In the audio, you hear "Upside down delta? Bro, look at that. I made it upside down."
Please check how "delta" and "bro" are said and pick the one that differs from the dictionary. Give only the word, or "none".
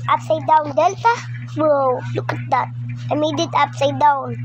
bro